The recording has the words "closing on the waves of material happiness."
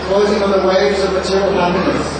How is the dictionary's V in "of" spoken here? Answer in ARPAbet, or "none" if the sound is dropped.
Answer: V